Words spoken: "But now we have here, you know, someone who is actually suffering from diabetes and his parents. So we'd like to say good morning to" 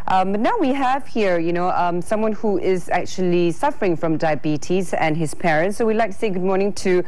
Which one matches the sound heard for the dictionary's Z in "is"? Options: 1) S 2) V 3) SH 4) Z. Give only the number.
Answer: 4